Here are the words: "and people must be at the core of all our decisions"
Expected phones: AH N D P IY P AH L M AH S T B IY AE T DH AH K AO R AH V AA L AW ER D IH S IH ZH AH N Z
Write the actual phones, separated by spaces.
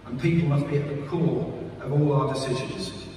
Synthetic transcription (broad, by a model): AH N P IY P L M AH S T B IY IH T DH AH K AO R AH V AA L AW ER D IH S IH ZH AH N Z